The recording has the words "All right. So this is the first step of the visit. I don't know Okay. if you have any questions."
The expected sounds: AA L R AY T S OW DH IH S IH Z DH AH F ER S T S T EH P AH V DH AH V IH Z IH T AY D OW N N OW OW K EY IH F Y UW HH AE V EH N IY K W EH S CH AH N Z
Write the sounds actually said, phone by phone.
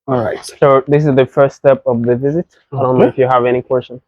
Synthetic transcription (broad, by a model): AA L R AY T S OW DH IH S IH Z DH AH F ER S T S T EH P AH V DH AH V IH Z IH T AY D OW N N OW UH IH F Y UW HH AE V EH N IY K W EH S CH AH N